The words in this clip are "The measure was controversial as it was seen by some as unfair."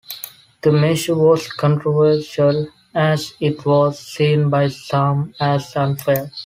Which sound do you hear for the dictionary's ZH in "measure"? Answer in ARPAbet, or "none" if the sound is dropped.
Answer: SH